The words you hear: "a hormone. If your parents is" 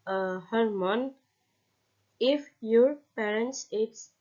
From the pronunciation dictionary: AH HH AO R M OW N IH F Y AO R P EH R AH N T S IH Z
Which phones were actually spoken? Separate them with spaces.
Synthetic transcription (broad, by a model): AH HH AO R M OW N IH F Y AO R P EH R AH N T S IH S